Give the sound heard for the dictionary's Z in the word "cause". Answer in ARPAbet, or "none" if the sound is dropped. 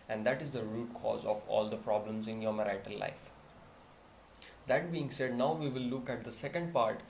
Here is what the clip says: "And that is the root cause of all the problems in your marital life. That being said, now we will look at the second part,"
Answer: Z